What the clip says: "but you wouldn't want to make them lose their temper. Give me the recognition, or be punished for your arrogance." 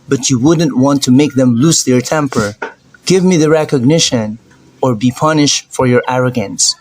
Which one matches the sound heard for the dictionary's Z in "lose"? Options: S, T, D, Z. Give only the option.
S